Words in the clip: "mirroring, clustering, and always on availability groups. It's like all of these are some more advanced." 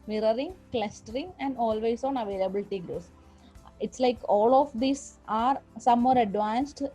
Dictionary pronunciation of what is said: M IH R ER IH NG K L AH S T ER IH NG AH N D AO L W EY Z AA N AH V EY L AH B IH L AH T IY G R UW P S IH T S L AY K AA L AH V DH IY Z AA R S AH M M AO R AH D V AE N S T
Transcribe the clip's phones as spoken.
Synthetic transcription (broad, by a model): M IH R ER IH NG K L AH S T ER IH NG AH N D AO L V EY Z AA N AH V EY L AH B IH L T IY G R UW S IH T S L AY K AA L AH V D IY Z AA R S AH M M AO R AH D V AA N S T